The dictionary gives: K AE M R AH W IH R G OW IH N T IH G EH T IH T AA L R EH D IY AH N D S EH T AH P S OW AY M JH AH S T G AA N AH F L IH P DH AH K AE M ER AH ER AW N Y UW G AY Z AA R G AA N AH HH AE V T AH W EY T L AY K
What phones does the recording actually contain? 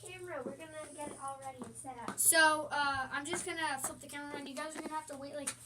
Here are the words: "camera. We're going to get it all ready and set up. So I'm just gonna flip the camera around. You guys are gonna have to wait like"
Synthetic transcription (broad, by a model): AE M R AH W IH R G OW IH N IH G EH T IH T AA L R EH D IY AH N S EH T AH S S OW AY M JH AH S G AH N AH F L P DH AH K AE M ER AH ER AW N Y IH G AY Z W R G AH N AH HH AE F T AH W EY T L AY K